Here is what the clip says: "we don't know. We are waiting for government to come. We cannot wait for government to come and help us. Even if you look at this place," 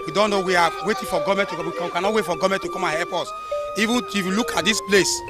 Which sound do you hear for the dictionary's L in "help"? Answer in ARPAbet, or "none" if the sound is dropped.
none